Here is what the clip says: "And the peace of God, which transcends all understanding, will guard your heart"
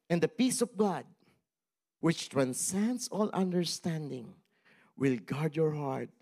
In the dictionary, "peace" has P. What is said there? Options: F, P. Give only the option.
P